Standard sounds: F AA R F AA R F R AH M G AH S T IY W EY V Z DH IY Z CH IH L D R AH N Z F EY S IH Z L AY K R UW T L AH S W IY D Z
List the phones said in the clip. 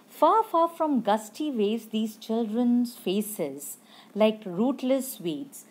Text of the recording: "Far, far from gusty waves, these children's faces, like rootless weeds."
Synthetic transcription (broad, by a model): F AA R F AA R F R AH M G AH S T IY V EY Z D IY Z CH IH L D R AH N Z F EY S IH Z L AY K R UW T L AH S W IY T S